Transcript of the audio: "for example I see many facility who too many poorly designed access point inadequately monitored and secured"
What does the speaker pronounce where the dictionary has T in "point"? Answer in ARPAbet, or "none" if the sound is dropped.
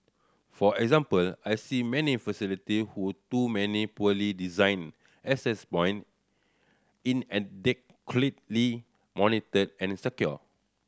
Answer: none